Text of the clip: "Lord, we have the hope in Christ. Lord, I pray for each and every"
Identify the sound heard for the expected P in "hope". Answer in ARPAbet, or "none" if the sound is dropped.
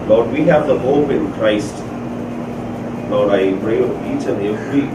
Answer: P